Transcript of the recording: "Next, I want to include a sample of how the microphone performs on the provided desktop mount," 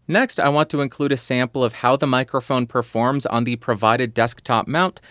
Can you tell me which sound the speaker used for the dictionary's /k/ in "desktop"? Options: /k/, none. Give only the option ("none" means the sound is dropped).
/k/